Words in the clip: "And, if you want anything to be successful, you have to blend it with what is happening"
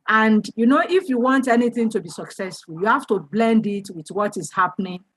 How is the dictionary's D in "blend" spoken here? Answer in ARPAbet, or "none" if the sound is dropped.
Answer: D